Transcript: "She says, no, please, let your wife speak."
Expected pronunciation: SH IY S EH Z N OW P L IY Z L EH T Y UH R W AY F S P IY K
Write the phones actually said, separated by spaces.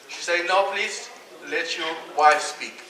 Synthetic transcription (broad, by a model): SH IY S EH N OW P L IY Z L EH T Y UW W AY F S P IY K